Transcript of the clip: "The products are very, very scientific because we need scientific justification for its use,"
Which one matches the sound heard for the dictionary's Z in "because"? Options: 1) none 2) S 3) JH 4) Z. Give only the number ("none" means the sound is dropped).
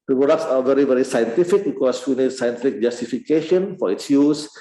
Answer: 2